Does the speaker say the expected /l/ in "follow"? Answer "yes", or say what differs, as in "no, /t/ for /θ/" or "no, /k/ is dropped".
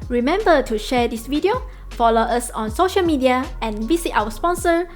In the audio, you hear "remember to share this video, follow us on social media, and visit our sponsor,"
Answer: yes